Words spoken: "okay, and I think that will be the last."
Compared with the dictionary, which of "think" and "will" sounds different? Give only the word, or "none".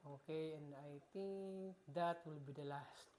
think